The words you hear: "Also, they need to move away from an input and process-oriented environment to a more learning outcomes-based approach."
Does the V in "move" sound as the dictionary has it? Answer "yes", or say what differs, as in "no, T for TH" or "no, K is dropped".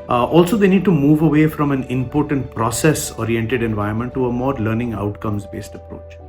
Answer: yes